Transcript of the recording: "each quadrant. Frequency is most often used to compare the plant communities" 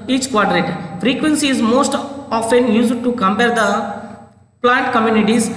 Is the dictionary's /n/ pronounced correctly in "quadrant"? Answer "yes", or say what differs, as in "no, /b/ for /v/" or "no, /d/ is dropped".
no, /n/ is dropped